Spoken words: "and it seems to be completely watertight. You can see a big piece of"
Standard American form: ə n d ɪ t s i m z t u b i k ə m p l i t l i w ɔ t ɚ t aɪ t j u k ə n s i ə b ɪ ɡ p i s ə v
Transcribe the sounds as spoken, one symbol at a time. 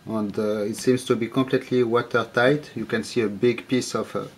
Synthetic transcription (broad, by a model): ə n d ɪ t s i m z t u b i k ə m p l i t l i w ɔ t ɚ t aɪ t j u k ə n s i ə b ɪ ɡ p i s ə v